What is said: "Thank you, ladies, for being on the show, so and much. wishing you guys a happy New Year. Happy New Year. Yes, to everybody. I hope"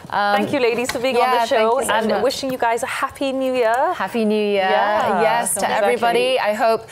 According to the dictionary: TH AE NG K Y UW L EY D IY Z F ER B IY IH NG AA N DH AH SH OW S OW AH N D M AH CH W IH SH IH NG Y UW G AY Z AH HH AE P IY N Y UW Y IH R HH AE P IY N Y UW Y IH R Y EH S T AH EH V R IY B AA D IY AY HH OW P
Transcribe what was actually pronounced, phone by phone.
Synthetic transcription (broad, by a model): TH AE NG K Y UW L EY D IY Z F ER B IY IH NG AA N DH AH SH OW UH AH N W IH SH IH NG Y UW G AY Z AH HH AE P IY N Y UW Y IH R HH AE P IY N Y UW Y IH Y EH S T AH EH V R IY B AA D IY AY HH OW P